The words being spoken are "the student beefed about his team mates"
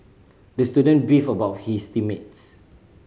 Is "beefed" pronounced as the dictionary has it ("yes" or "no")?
no